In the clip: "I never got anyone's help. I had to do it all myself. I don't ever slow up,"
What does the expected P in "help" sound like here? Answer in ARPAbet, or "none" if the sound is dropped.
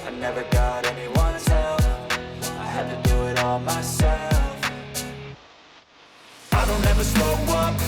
F